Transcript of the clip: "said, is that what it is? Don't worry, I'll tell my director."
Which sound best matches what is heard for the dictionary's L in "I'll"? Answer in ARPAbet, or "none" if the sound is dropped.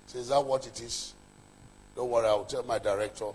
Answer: W